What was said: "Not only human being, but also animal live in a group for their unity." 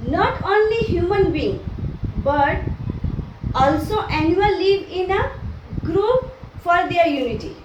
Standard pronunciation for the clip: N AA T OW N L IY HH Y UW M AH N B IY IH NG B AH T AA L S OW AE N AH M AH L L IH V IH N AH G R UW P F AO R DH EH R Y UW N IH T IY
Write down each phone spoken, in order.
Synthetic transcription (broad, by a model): N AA T OW N L IY HH Y UW M AH N B IY NG B AH T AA L S OW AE N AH AH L L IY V IH N AH G R UW P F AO R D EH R Y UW N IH T IY